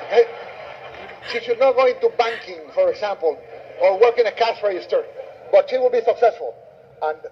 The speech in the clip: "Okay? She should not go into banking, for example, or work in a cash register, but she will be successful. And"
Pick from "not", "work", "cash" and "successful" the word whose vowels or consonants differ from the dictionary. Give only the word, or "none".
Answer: cash